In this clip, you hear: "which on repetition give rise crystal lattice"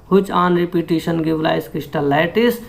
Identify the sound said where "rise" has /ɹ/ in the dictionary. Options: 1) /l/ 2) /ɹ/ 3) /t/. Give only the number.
1